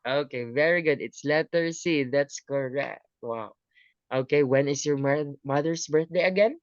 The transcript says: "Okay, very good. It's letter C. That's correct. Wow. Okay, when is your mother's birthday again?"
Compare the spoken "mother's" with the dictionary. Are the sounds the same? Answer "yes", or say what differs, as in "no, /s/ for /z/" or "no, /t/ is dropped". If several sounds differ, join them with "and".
no, /s/ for /z/